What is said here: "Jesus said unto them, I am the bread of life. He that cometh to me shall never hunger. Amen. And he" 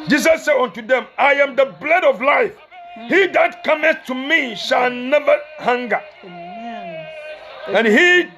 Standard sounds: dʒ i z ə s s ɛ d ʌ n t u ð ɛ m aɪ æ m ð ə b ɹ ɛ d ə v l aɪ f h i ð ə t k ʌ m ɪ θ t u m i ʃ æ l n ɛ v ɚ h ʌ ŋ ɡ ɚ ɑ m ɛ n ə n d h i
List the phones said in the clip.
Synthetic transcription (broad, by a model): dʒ i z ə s s ɛ d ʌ n t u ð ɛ m aɪ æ m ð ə b l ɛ d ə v l aɪ f h i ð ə t k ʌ m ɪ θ t u m i ʃ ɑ l n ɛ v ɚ h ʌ ŋ ɡ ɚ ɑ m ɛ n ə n h i